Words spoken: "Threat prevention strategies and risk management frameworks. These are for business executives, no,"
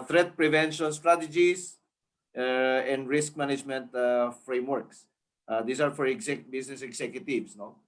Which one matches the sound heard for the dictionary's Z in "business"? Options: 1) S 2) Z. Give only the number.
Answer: 1